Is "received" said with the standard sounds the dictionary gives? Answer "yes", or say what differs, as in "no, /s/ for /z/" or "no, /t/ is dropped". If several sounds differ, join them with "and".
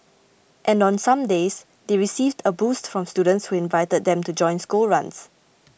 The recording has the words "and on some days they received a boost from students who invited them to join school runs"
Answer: yes